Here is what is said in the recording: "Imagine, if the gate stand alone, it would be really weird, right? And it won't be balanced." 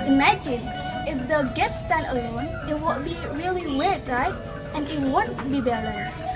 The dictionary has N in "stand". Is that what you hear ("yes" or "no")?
no